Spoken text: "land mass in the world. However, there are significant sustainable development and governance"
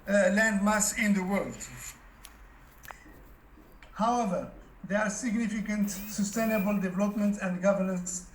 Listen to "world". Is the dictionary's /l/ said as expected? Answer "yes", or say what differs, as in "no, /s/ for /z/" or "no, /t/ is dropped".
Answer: yes